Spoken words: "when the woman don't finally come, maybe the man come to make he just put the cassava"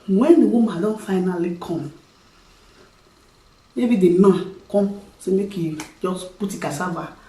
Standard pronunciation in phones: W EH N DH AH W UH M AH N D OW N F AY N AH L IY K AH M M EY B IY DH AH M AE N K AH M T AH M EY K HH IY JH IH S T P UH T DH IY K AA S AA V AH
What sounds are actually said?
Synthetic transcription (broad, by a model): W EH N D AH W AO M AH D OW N F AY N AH L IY K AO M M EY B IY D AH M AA K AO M S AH M EY K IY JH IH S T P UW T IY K AA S AA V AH